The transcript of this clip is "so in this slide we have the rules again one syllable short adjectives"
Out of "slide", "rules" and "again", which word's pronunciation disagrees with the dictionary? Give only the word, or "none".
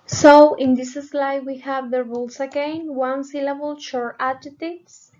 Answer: rules